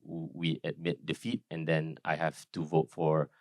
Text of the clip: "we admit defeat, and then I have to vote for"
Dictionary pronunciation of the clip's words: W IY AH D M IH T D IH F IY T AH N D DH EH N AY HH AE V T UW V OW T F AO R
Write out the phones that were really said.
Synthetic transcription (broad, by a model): W IY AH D M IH T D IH F IY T AH N D EH N AY HH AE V T UW V OW T F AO R